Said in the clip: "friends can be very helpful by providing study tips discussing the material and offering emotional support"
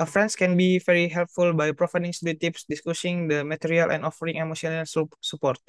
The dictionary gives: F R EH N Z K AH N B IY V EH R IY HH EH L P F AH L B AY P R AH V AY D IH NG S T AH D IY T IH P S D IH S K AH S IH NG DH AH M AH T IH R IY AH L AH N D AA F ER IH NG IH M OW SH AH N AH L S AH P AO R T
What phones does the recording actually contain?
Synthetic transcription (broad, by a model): F R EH N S K AH N B IY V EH R IY HH EH L P F AH L B AY P R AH F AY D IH NG S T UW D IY T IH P S D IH S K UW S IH NG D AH M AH T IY R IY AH L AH N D AA F ER IH NG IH M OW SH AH N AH L S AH P AO R T